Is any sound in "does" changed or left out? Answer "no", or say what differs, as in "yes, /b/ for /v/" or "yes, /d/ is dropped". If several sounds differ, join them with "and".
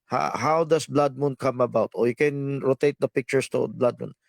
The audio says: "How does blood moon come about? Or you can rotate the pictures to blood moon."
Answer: yes, /s/ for /z/